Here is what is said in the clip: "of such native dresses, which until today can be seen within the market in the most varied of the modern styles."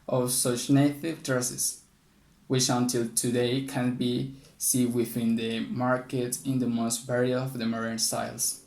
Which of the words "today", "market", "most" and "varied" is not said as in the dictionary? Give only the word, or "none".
varied